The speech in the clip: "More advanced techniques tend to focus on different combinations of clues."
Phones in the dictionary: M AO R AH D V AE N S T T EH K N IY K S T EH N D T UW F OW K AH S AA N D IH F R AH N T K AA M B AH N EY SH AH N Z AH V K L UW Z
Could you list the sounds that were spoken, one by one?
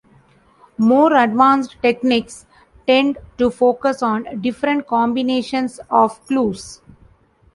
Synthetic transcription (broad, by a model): M AO R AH D V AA N S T T EH K N IY K S T EH N D T UW F OW K AH S AA N D IH F R AH N T K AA M B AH N EY SH AH N S AH V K L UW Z